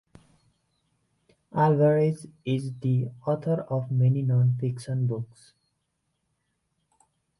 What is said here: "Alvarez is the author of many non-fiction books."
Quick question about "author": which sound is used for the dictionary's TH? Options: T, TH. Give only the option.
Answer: T